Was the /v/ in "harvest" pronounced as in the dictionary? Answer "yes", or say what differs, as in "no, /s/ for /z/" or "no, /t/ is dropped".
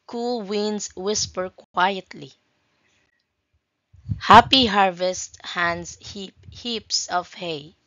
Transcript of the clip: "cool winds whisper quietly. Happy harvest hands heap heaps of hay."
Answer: yes